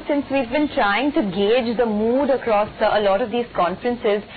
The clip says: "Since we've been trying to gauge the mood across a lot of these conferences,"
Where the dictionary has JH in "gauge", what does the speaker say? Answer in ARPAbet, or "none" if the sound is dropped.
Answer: JH